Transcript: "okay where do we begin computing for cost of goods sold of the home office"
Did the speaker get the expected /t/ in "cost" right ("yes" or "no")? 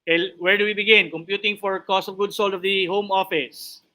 yes